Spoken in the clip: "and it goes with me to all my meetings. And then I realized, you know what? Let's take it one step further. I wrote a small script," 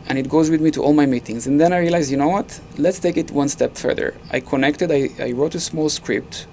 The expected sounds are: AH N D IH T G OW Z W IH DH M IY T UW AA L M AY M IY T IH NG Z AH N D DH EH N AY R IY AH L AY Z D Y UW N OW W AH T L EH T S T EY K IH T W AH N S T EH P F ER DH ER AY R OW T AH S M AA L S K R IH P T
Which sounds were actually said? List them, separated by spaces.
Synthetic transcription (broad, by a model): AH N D IH T G OW Z W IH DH M IY T UW AA L M AY M IY T IH NG Z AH N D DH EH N AY R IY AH L AY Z Y UW N OW W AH T L EH T S T EY K IH T W AH N S T EH P F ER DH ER AY R OW T AH S M AA L S K R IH P T